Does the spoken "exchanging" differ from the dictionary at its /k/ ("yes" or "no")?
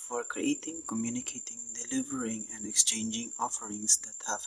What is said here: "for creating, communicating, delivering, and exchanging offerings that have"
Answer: no